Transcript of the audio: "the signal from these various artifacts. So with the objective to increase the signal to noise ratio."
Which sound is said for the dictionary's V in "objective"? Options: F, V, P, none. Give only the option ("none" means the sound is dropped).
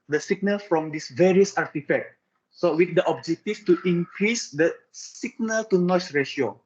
F